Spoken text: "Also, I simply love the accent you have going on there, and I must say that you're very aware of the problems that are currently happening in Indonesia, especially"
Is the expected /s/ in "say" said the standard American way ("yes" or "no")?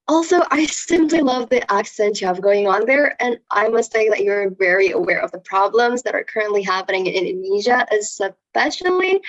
no